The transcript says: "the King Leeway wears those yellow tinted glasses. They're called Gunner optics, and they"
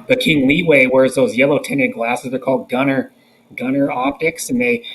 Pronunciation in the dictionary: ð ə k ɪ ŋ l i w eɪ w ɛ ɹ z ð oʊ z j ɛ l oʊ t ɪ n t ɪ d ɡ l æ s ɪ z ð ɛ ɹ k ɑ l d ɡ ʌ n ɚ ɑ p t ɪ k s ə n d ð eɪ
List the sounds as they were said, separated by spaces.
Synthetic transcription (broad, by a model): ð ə k ɪ ŋ l i w eɪ w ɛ ɹ z ð oʊ z j ɛ l oʊ t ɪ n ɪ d ɡ l æ s ɪ z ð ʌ ɹ k ɑ l d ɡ ʌ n ɚ ɑ p t ɪ k s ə n ð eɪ